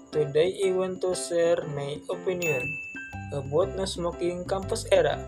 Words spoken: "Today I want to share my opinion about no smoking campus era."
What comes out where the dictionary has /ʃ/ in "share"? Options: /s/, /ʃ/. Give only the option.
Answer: /s/